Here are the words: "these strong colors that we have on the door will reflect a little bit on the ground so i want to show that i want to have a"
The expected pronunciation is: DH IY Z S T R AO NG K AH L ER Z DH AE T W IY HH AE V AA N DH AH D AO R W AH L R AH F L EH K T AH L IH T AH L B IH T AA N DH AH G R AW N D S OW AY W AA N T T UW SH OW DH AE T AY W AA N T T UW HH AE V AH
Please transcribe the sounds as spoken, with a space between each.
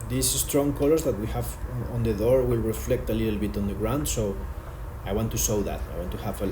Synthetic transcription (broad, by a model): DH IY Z S T R AO NG K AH L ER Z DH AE T W IY HH AE V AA N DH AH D AO R W AH L R AH F L EH K T AH L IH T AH L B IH T AA N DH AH G R AW N D S OW AY W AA N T T UW S OW DH AE T AY W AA N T T UW HH AE V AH